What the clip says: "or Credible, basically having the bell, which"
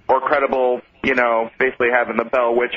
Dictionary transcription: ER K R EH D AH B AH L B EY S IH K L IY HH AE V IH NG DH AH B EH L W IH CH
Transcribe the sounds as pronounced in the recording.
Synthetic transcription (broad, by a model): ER K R EH D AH B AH N B EY S IH K L IY HH AE V IH NG DH AH B EH L W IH CH